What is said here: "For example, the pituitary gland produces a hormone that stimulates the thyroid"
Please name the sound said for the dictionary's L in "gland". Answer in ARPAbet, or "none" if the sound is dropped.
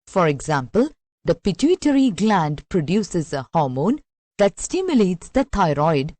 L